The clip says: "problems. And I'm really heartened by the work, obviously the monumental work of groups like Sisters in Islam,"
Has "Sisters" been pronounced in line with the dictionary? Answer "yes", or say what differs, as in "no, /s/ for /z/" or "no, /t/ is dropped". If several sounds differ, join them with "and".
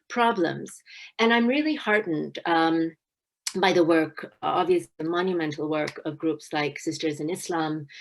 yes